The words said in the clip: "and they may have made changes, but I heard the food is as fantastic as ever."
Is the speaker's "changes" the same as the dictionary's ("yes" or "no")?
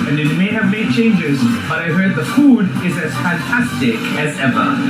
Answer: yes